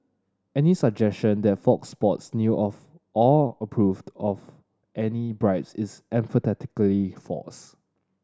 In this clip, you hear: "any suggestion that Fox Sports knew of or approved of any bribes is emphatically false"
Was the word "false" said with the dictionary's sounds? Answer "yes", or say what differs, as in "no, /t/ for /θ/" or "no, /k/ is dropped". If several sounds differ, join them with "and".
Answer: no, /l/ is dropped